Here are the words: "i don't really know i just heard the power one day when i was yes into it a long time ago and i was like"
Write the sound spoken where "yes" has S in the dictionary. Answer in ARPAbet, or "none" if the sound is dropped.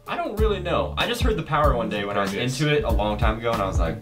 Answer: none